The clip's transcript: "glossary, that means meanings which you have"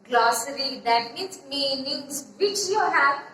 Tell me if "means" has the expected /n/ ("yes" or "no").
no